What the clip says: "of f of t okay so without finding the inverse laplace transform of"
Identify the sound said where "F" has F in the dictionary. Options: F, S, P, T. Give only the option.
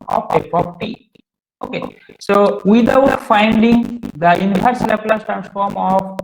P